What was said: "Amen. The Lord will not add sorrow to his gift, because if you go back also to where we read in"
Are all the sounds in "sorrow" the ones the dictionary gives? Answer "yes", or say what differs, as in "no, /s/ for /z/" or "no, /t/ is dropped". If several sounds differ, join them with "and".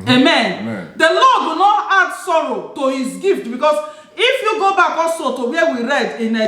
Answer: yes